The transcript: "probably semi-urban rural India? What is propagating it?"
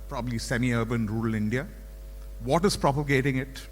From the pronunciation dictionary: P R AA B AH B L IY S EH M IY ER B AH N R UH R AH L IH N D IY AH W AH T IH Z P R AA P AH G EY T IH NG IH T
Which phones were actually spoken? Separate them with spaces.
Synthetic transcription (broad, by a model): P R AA B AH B L IY S EH M IY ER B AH N R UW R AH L IH N D IY AH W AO T IH Z P R AA P AH G EY T IH NG IH T